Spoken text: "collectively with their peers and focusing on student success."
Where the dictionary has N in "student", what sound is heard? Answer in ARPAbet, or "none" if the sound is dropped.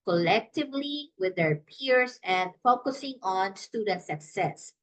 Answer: N